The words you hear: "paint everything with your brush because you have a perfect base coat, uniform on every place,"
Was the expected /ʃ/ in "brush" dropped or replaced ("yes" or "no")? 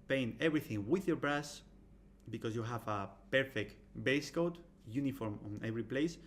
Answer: yes